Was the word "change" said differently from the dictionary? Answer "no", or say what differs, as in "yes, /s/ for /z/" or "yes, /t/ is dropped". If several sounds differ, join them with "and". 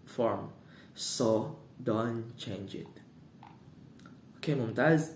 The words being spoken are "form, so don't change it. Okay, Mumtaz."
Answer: no